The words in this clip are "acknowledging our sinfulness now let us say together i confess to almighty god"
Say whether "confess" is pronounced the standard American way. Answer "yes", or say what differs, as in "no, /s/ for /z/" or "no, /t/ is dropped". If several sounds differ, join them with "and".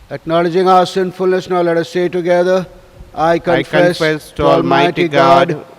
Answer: no, /n/ is dropped